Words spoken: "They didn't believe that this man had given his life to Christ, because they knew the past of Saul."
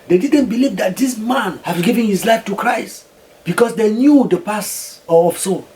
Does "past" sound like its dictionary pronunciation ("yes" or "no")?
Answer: no